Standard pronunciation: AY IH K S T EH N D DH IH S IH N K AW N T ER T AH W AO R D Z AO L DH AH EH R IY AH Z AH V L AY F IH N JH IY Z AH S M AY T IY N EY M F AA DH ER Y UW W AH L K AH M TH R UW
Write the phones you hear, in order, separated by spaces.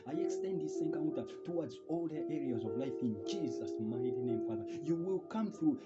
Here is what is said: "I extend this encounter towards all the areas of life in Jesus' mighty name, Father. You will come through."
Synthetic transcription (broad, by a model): AY IH K S T EH N D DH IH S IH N K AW N T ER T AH W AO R D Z AO L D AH EH R IY AH Z AH V L AY F IH N JH IY Z AH S M AY T IY N EY M F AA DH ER Y UW W AH L K AH M TH R UW